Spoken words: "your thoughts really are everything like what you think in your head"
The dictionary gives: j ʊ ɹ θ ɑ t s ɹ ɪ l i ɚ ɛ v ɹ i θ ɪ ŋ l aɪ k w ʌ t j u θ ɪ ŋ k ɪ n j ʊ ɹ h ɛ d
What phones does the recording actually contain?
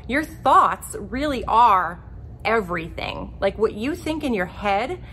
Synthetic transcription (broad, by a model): j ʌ ɹ θ ɑ t s ɹ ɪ l i ɚ ɛ v ɹ i θ ɪ ŋ l aɪ k w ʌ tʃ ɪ θ ɪ ŋ k ɪ n j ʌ ɹ h ɛ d